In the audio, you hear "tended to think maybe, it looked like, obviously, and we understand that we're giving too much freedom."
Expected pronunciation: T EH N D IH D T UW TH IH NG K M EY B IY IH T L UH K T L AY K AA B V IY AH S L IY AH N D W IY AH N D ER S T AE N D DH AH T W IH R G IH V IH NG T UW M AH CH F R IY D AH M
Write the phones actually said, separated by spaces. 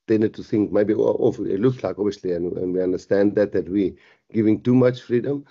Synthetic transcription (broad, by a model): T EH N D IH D T UW TH IH NG K M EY B IY IH T L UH K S L AY K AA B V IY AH S L IY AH N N W IY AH N D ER S T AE N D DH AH T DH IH W G IH V IH NG T UW M AH CH F R IY D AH M